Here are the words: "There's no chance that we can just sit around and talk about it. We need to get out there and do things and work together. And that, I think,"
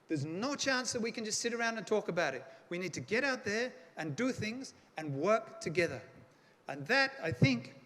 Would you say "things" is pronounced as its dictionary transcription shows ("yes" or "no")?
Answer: yes